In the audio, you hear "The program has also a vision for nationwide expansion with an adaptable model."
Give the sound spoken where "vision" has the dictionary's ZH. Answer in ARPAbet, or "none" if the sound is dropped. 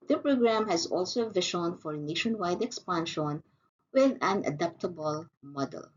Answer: SH